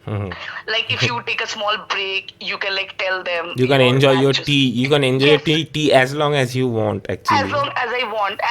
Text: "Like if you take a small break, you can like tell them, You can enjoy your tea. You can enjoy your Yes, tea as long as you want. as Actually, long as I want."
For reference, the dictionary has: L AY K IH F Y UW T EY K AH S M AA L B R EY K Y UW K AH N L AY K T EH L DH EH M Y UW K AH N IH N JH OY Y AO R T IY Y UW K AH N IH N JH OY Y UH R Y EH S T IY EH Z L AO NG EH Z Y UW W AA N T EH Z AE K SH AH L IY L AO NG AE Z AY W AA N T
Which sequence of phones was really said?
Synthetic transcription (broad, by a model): L AY K IH F Y UW T EY K AH S M AA L B R EY K Y UW K AH N L AY K T EH L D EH M Y UW K AH N IH N JH OY Y AO R T IY Y UW K AH N IH N JH OY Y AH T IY T IY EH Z L AO NG EH Z Y UW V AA N T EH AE K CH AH L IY L AO NG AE Z AY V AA N T